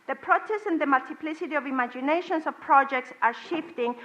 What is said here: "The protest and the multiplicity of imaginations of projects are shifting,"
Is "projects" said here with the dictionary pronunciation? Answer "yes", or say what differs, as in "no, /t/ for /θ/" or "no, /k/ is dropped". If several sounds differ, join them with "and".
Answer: yes